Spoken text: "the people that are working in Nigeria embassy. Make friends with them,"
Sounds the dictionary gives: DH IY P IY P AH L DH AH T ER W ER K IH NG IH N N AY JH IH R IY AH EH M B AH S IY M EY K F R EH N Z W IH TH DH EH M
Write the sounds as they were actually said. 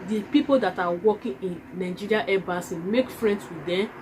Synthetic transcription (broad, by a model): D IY P IY P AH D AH T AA W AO K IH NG IH N N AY JH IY R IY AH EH B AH S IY M EY K F R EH N S W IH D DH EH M